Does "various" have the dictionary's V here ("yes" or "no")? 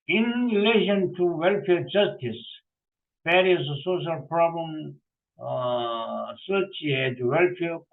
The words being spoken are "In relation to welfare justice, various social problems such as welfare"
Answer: no